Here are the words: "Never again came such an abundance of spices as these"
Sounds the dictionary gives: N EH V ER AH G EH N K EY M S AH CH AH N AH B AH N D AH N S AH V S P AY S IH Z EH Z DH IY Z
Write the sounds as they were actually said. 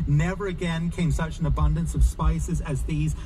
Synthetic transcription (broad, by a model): N EH V ER AH G EH N K EY M S AH CH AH N AH B AH N D AH N S AH V S P AY S IH Z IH Z DH IY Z